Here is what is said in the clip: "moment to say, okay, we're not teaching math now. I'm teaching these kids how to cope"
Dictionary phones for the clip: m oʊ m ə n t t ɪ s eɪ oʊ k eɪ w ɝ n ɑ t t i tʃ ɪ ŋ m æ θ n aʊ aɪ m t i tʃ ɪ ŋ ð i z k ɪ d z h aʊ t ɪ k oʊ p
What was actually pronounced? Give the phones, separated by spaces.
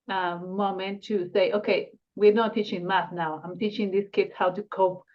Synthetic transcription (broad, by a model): m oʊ m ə n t t ɪ s eɪ oʊ k eɪ w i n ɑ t t i tʃ ɪ ŋ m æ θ n aʊ aɪ m t i tʃ ɪ ŋ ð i s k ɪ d s h aʊ t ɪ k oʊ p